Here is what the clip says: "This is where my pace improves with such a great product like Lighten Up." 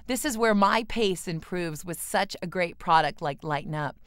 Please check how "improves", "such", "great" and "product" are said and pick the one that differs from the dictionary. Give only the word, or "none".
none